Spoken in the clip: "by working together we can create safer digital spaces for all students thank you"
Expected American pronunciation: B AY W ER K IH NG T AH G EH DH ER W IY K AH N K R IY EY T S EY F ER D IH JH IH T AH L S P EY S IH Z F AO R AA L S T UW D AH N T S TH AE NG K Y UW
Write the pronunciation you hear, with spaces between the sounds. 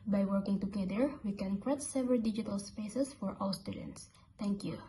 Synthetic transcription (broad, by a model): B AY W ER K IH NG T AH G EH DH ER W IY K AH N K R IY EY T S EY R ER D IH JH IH T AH L S P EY S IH S F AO R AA W S T UW D AH N T S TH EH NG K Y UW